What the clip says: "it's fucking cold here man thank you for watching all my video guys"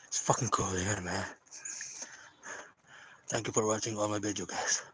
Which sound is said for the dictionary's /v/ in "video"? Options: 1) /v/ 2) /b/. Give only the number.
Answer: 2